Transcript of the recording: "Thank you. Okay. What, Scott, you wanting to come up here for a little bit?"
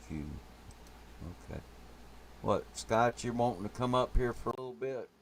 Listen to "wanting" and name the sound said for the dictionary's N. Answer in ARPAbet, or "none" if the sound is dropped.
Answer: none